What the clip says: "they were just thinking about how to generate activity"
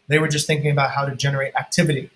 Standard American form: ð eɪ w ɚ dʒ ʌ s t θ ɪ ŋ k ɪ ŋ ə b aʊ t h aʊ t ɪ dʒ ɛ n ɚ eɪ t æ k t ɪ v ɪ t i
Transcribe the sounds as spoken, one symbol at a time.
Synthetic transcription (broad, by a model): ð eɪ w ɚ dʒ ʌ s t θ ɪ ŋ k ɪ ŋ ə b aʊ t h aʊ t ɪ dʒ ɛ n ɚ eɪ t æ k t ɪ v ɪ t i